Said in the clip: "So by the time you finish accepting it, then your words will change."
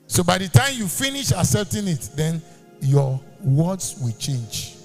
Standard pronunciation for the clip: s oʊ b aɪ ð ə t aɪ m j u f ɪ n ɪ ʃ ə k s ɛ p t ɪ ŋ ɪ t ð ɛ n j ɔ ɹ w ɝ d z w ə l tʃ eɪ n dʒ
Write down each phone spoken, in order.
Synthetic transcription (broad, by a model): s oʊ b aɪ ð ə t aɪ m j u f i n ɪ ʃ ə s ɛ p t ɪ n ɪ t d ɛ n j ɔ w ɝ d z w ə l tʃ eɪ n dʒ